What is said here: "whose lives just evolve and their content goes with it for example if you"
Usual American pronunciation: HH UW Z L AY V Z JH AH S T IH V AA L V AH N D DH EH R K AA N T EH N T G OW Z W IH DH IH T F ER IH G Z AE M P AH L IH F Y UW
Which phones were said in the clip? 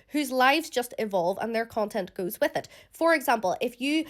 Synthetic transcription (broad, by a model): HH UW Z L AY V Z JH AH S T IH V AA L V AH N DH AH R K AA N T EH N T G OW Z W IH DH IH T F ER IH G Z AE M P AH L IH F Y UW